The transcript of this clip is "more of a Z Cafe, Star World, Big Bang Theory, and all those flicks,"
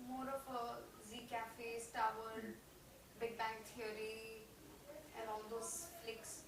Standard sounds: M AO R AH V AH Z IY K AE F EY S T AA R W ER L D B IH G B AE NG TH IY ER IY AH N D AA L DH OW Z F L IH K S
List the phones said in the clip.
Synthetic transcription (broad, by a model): M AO R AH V AH Z IY K AE F EY S T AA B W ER D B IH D B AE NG T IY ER IY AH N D AA L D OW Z F L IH K S